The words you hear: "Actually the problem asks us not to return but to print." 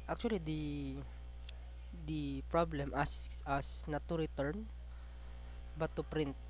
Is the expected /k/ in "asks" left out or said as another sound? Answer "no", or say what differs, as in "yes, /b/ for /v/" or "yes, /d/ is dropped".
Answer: yes, /k/ is dropped